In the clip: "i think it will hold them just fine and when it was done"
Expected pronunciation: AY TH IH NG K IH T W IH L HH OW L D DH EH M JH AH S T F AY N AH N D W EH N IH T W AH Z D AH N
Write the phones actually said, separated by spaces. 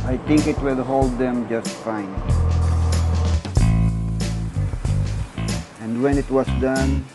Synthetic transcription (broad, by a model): AY T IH NG K IH T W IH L HH OW L D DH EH M JH AH S T F AY N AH N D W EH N IH T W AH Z D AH N